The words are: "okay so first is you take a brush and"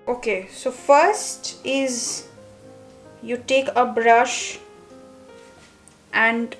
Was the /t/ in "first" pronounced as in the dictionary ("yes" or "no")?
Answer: yes